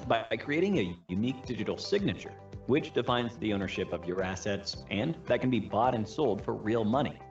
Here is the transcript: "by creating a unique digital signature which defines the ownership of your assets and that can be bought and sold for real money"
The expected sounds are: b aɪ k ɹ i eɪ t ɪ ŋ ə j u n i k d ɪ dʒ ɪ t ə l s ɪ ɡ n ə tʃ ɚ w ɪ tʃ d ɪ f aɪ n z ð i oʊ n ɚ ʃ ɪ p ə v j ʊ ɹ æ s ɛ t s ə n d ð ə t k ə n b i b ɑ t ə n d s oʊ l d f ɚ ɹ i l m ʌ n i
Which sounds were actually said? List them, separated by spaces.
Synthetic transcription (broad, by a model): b aɪ k ɹ i eɪ t ɪ ŋ ə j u n i k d ɪ dʒ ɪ t l s ɪ ɡ n ə tʃ ɚ w ɪ tʃ d ɪ f aɪ n z ð i oʊ n ɚ ʃ ɪ p ə v j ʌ ɹ æ s ɛ t s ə n ð ə t k n b i b ɑ t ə n s oʊ l d f ɚ ɹ i l m ʌ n i